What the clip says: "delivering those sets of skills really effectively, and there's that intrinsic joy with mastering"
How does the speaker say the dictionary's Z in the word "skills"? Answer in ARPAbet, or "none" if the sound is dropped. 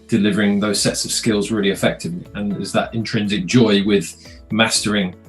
Z